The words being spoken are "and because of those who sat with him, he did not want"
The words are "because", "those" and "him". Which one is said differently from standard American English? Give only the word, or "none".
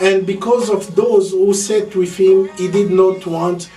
none